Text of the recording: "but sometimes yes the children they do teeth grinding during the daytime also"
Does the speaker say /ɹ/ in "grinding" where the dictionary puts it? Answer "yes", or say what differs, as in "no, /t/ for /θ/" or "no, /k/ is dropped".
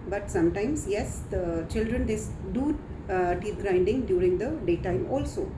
yes